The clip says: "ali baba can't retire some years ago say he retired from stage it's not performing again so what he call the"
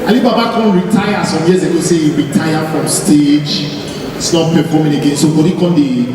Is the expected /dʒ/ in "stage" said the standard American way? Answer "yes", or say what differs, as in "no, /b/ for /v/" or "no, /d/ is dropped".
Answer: no, /dʒ/ is dropped